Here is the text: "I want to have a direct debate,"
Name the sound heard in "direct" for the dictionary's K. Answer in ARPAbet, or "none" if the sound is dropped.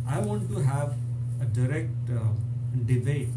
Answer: K